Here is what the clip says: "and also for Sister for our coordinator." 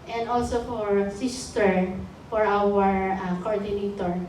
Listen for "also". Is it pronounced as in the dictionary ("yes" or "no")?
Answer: yes